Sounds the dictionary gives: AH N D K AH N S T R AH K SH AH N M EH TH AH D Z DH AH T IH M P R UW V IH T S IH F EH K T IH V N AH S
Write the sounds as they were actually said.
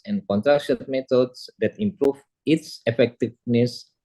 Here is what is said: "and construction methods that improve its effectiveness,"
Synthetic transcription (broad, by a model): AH N K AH N T R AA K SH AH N M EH T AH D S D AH T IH M P R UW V IH T S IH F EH K T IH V N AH S